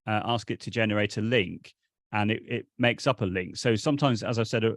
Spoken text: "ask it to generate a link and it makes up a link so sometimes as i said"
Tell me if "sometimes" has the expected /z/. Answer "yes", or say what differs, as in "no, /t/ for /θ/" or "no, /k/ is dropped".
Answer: yes